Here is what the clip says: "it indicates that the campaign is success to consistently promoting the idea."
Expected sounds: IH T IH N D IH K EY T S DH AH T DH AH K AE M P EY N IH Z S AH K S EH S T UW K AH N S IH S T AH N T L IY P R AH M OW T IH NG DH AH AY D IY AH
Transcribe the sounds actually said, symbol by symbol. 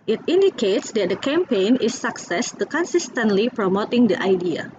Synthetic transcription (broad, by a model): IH T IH N D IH K EY T S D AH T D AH K AE M P EY N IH S AH K S EH S T UW K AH N S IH S T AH N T L IY P R AH M OW T IH NG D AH AY D IY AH